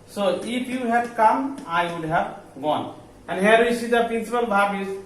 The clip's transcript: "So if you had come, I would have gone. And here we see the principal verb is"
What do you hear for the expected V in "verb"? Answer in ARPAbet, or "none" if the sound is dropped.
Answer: B